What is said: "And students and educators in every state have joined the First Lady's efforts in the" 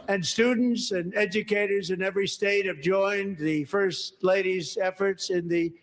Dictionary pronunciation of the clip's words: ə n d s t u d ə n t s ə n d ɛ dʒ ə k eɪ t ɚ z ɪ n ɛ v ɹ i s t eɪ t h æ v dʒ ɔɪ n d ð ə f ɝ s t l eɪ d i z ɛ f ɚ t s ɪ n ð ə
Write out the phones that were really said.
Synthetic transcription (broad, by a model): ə n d s t u d n t s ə n ɛ dʒ ə k eɪ t ɚ z ɪ n ɛ v ɹ i s t eɪ t h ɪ v dʒ ɔɪ n ð ə f ɝ s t l eɪ d i z ɛ f ɚ t s ɪ n ð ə